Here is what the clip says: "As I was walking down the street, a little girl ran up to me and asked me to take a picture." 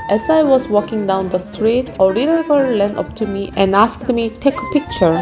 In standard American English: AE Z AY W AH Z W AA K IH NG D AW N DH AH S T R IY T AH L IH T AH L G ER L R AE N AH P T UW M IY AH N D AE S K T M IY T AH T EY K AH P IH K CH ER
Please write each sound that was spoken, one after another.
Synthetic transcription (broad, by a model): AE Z AY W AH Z W AA K IH NG D AW N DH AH S T R IY T AH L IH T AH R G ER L L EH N AH P T UW M IY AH N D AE S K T M IY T T EY K AH P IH K CH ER